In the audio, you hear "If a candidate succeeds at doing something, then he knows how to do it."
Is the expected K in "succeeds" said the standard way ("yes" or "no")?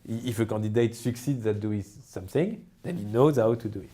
yes